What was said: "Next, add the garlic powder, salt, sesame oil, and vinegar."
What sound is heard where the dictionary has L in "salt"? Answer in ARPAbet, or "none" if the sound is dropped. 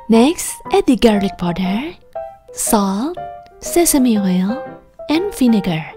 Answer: L